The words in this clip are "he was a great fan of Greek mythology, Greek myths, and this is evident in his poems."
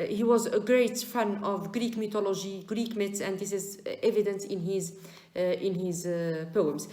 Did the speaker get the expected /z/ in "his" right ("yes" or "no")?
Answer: yes